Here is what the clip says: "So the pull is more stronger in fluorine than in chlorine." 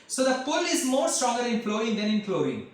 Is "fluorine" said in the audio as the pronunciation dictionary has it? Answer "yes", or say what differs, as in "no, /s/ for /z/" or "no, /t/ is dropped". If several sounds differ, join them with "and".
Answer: no, /ɹ/ is dropped